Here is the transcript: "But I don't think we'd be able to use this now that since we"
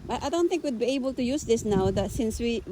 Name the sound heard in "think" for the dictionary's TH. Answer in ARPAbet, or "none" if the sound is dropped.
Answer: T